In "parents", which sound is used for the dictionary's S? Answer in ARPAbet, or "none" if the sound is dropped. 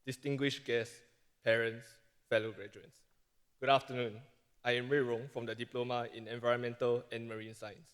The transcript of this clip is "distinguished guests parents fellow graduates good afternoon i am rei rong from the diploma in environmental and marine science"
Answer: S